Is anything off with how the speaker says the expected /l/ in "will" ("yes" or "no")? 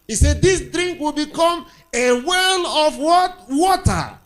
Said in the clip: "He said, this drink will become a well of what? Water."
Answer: no